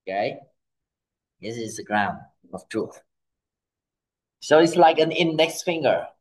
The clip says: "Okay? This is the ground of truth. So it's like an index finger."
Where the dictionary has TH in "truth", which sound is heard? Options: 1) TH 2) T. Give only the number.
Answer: 1